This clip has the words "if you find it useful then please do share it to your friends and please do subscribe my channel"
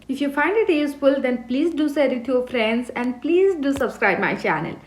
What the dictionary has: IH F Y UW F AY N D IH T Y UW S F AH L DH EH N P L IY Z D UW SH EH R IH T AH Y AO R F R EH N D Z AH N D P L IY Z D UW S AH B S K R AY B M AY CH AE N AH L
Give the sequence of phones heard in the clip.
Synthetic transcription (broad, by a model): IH F Y UW F AY N D IH T Y UW S F AH L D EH N P L IY Z D UW S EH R IH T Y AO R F R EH N D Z AH N D P L IY Z D UW S AH B S K R AY B M AY CH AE N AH L